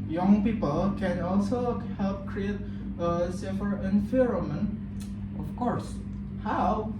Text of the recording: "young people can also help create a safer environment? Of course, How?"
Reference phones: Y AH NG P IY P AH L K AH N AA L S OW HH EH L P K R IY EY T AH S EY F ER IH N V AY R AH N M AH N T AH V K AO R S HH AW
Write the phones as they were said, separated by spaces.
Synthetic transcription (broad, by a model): Y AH NG P IY P AH L K AH N AA L S OW HH EH L P K R IY EY T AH S EY F ER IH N F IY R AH M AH N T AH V K AO R S HH AW